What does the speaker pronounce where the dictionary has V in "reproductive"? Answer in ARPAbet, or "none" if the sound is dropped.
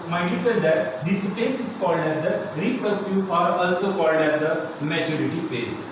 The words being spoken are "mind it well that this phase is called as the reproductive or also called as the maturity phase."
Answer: none